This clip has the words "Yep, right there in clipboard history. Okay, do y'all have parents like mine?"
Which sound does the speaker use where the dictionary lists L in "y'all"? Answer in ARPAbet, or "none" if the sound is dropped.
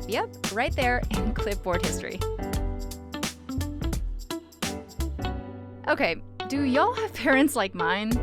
L